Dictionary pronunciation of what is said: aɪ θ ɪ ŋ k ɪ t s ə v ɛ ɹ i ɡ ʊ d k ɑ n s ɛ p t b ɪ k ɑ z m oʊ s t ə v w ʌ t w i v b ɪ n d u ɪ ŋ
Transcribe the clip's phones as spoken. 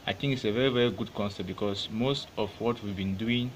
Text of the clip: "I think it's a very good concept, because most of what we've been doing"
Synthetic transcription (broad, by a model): aɪ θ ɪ ŋ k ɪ t s ə v ɛ ɹ i ɡ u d k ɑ n s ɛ t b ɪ k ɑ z m oʊ s t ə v w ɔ t w i v b ɪ n d u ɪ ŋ